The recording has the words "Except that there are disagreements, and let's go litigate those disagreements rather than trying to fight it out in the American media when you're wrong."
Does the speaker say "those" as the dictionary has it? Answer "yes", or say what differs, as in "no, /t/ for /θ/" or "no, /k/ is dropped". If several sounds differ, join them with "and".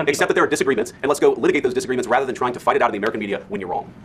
yes